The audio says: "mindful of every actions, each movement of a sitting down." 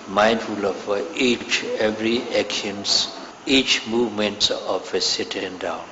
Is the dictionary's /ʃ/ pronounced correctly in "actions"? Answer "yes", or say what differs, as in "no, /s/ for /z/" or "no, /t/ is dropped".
no, /ʃ/ is dropped